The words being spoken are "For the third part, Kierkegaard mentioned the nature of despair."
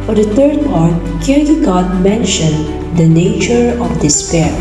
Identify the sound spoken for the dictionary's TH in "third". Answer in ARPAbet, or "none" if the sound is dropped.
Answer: T